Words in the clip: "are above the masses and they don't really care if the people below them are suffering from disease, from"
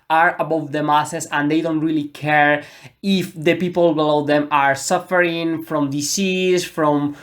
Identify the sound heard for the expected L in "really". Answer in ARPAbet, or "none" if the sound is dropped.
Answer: L